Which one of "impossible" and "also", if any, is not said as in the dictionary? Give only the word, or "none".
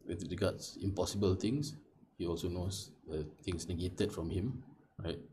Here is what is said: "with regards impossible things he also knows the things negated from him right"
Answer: none